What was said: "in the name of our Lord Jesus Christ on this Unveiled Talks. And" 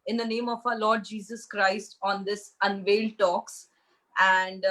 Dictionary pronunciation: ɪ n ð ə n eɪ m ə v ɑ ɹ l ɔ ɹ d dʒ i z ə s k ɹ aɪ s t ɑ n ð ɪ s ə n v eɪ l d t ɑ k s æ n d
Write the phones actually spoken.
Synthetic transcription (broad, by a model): ɪ n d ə n eɪ m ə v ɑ l ɔ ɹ d dʒ i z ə s k ɹ aɪ s t ɑ n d ɪ s ə n v eɪ l d t ɑ k s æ n d